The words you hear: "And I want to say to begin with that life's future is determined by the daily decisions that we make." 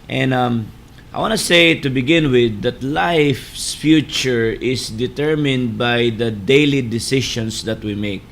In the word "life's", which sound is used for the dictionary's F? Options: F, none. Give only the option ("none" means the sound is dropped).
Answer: F